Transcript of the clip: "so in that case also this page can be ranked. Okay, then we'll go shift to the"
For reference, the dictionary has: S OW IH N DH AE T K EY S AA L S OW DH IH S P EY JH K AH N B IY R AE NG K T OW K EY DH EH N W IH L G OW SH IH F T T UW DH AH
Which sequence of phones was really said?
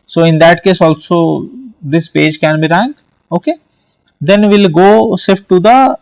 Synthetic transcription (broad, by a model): S OW IH N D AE T K EY S AA L S OW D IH S P EY JH K AH N B IY R AE NG K T OW K EY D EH N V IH L G OW S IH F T T UW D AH